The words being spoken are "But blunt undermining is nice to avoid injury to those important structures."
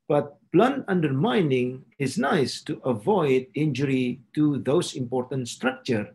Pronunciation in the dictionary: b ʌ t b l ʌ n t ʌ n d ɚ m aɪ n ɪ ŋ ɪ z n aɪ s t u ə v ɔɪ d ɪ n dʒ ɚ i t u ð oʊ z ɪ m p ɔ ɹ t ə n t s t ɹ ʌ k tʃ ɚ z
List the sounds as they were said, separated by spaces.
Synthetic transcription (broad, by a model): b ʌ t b l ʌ n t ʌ n d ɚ m aɪ n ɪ ŋ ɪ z n aɪ s t u ə v ɔɪ d ɪ n dʒ ɚ i t u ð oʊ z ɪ m p ɔ ɹ t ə n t s t ɹ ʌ k tʃ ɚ